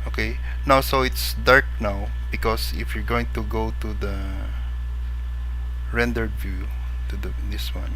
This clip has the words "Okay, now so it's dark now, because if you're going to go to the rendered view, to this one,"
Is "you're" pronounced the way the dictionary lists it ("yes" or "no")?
yes